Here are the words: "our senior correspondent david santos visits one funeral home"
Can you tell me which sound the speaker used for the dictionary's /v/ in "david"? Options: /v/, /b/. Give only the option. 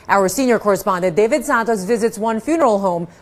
/v/